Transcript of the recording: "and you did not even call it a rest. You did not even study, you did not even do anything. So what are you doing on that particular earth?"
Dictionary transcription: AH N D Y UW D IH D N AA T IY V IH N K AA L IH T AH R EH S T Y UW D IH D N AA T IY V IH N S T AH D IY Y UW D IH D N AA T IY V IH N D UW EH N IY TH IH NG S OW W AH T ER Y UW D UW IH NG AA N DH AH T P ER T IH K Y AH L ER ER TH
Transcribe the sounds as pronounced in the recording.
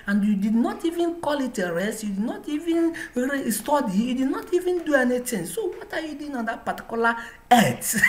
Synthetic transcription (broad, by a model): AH N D Y UW D IH D N AA T IY V IH N K AA L IH T AH R EH S T Y UW D IH D N AA T IY V IH N S T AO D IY Y UW D IH D N AA T IY V IH N D UW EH N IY T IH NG S OW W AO T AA Y UW D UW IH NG AA N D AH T P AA T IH K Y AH L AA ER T